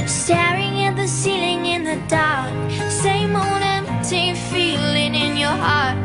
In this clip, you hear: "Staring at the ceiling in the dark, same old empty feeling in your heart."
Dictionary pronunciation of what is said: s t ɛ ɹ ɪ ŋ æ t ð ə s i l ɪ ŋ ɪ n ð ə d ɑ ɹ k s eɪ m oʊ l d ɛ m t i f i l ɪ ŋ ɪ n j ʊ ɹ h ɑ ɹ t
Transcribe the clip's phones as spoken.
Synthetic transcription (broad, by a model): s t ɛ ɹ ɪ ŋ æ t ð ə s i l ɪ ŋ ɪ n ð ə d ɑ ɹ k s eɪ m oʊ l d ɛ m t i f i l ɪ ŋ ɪ n j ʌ ɹ h ɑ ɹ t